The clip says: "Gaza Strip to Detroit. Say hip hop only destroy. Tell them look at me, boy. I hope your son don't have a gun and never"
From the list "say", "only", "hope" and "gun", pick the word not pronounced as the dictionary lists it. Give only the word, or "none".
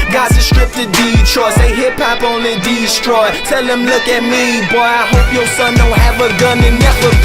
only